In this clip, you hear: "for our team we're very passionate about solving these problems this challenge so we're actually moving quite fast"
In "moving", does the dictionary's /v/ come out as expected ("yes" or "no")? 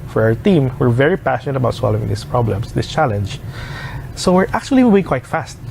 no